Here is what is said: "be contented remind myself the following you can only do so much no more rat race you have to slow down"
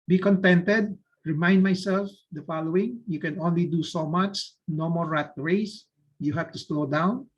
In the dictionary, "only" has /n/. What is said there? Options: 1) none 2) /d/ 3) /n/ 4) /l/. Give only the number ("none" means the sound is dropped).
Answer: 3